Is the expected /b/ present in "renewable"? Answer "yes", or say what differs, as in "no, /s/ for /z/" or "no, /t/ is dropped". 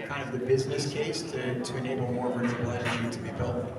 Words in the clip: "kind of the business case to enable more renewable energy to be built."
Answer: no, /b/ is dropped